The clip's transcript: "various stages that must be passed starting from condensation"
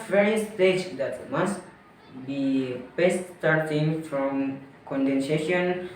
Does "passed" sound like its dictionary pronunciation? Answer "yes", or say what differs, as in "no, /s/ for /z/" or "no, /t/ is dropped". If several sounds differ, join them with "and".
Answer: no, /b/ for /p/